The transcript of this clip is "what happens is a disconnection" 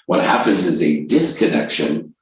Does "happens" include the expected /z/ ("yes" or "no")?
yes